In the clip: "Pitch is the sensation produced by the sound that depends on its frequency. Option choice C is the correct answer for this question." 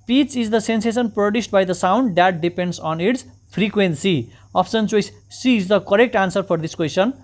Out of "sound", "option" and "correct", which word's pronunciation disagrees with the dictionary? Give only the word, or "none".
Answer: option